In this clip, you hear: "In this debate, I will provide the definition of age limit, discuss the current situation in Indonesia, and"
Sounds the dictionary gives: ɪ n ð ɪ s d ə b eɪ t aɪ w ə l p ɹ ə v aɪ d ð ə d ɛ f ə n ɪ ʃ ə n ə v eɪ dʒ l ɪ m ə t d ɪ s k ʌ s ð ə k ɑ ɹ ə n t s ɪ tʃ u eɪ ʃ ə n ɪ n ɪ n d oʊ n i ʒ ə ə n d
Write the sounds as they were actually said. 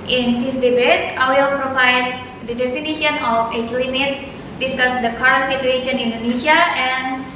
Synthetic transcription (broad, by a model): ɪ n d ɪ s d ə b eɪ t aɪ w ə l p ɹ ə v aɪ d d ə d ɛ f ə n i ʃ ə n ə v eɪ tʃ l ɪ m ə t d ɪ s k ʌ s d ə k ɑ ɹ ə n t s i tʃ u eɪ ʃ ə n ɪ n n d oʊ n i s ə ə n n